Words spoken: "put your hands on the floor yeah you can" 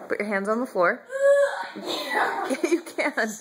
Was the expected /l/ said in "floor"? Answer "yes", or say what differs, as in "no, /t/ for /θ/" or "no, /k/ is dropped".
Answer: yes